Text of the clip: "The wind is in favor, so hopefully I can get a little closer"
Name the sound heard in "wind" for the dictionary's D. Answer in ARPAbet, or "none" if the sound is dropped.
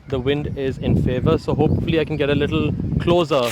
D